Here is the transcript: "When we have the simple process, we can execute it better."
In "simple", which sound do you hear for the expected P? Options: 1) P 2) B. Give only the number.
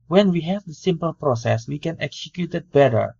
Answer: 1